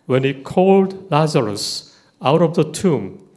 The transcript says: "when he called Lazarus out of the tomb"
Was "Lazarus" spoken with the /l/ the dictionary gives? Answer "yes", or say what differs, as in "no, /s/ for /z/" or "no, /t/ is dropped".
yes